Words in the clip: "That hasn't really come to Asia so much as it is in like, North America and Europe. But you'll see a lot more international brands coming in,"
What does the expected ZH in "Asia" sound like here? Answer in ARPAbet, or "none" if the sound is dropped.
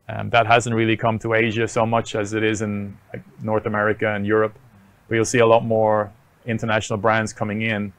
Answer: ZH